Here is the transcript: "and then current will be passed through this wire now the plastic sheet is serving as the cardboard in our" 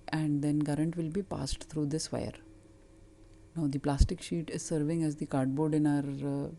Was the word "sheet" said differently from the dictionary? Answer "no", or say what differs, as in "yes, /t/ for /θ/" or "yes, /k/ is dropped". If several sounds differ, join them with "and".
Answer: no